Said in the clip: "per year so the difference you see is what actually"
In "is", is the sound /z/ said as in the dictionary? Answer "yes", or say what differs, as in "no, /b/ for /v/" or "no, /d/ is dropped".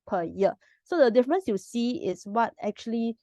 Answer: no, /s/ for /z/